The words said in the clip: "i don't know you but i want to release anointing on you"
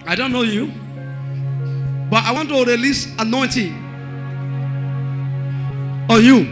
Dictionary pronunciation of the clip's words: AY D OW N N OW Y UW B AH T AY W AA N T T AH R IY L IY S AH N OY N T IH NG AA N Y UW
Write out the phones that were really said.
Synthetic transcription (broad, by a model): AY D OW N N OW Y UW B AH T AY W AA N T T AH R IY L IY S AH N OY N T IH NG AA N Y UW